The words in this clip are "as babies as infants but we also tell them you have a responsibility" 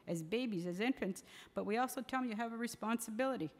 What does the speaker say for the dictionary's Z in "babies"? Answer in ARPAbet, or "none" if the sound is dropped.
Z